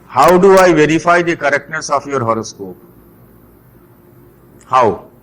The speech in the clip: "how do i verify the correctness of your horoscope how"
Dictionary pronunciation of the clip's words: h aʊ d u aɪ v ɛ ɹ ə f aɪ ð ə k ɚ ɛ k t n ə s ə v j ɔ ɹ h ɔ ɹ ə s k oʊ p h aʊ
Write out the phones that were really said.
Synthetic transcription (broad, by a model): h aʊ d u aɪ v ɛ ɹ ə f aɪ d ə k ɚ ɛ k t ə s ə f j ɔ ɹ h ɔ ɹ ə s k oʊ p h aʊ